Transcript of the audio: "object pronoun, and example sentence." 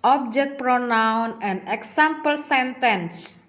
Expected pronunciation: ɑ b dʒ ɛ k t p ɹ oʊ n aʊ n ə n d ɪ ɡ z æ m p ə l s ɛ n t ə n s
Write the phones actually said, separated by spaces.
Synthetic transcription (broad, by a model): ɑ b dʒ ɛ k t p ɹ oʊ n aʊ n ə n d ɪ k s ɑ m p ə l s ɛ n t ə n s